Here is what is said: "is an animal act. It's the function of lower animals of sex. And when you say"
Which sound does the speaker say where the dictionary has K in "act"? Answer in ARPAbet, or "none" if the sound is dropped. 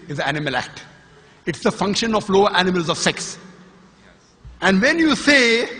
K